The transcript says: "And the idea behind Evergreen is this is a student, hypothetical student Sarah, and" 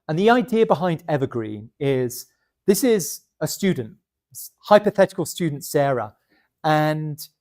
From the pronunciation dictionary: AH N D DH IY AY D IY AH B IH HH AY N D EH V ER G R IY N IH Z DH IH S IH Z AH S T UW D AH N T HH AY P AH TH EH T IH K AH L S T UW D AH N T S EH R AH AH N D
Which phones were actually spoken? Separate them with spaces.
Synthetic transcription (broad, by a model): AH N DH IY AY D IY AH B IH HH AY N D EH V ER G R IY N IH Z DH IH S IH Z AH S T UW D N T HH AY P AH TH EH T IH K AH L S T UW D N T S EH R AH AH N